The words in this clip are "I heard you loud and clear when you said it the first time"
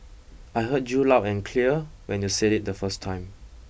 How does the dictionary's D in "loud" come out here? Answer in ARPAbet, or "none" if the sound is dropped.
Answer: none